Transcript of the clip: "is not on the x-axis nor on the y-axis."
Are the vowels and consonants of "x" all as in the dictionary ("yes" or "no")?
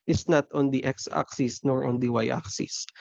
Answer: yes